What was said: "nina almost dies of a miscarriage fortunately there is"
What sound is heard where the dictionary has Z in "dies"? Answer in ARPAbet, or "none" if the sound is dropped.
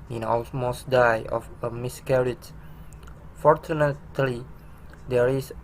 none